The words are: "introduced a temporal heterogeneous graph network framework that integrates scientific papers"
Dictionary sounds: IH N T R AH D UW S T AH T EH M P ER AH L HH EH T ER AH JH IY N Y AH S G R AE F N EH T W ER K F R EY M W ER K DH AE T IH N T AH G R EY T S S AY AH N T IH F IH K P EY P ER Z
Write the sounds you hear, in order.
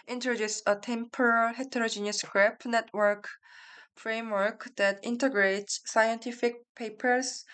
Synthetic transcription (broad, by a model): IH N T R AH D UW S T AH T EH M P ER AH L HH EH T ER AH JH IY N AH S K R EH P N EH T W ER K F R EY M W ER K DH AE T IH N T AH G R EY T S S AY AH N T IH F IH K P EY P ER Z